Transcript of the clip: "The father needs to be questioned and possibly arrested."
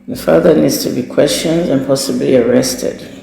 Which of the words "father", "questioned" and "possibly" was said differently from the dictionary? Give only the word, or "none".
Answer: none